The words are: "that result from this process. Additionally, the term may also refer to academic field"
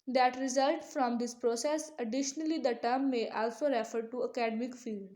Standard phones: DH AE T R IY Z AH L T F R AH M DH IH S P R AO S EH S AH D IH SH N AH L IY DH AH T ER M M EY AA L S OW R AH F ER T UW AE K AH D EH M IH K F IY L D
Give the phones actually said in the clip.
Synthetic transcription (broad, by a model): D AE T R IY Z AH L T F R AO M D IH S P R AO S EH S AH D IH SH N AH L IY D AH T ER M M EY AA L S OW R AH F ER T UW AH K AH D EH M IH K F IY L D